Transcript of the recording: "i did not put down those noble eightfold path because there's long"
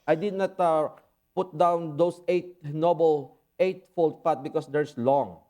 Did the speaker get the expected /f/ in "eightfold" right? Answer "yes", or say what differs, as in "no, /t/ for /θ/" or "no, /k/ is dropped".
yes